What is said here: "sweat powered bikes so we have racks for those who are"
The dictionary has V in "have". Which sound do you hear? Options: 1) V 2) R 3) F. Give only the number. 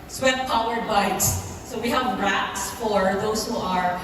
1